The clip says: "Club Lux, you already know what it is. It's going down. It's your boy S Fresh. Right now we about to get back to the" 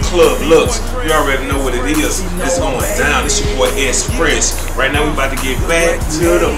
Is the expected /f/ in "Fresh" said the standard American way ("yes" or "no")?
no